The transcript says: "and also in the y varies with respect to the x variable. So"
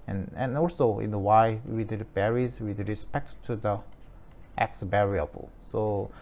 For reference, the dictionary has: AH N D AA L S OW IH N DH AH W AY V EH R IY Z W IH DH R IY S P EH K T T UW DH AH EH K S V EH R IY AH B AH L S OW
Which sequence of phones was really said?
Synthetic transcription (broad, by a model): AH N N AA L S OW IH N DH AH W AY B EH R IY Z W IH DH R IY S P EH K T T UW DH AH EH K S B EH R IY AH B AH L S OW